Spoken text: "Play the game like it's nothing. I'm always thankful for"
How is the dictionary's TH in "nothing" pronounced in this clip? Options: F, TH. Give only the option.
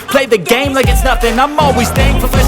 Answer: F